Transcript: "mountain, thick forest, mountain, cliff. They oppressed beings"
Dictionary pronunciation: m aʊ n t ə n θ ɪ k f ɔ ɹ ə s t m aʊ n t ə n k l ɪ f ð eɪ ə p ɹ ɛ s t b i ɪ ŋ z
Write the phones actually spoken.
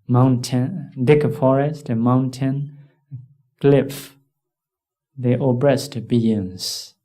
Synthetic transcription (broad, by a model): m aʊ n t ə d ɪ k f ɔ ɹ ə s t m aʊ n t ə n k l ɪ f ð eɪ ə b ɹ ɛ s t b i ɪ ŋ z